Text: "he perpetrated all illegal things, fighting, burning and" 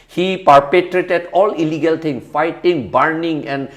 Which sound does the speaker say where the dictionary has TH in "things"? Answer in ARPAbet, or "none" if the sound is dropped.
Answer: T